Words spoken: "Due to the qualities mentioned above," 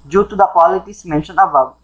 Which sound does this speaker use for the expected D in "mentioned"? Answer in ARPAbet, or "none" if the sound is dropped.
none